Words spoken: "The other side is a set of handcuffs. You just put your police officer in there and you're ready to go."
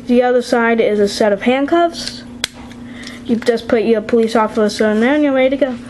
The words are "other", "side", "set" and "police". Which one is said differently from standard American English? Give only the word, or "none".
none